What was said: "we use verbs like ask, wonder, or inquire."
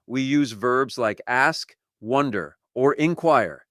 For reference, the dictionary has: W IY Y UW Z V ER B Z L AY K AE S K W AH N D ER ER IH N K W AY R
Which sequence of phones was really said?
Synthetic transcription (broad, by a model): W IY Y UW Z V ER B Z L AY K AE S K W AH N D ER ER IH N K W AY R